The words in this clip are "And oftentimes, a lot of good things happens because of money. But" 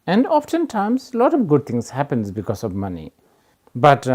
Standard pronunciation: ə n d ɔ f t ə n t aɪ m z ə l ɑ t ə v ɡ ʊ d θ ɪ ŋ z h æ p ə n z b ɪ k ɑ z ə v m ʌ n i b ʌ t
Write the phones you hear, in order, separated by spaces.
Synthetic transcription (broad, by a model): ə n d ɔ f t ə n t aɪ m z l ɑ t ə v ɡ ʊ d t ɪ ŋ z h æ p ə n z b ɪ k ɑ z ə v m ʌ n i b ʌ t